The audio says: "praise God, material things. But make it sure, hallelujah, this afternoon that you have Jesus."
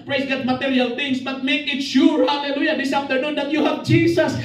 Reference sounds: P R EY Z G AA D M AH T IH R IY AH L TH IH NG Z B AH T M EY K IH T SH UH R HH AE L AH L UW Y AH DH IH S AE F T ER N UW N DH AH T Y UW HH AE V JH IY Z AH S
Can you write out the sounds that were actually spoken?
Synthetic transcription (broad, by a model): P R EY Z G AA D M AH T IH R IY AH L T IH NG S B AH T M EY K IH T SH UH R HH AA L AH L UW Y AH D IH S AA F T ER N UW N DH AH T Y UW HH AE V JH IY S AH S